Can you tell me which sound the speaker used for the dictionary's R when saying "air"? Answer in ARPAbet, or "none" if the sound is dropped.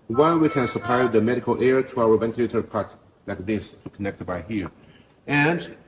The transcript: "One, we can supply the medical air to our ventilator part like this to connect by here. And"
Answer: R